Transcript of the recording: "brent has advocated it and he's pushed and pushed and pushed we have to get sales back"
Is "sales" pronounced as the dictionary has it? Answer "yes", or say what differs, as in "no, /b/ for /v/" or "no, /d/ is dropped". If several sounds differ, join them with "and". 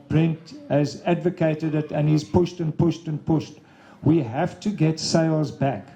yes